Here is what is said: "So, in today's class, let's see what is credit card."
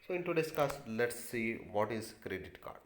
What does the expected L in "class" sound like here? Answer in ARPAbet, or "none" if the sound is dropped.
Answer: none